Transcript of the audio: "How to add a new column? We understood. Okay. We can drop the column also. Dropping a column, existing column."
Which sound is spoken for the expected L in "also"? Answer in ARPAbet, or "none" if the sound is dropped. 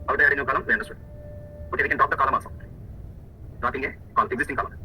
none